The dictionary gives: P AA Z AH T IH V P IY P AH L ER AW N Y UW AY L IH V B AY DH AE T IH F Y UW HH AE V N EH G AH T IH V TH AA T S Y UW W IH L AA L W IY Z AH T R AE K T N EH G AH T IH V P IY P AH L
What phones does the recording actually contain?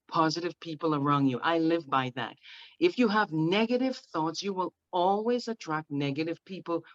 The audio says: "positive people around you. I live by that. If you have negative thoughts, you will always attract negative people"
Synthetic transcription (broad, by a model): P AA Z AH T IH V P IY P L ER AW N Y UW AY L IH V B AY DH AE T IH F Y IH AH V N EH G AH T IH V TH AA T S Y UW W IH L AA L W IY Z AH T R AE K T N EH G AH T IH V P IY P L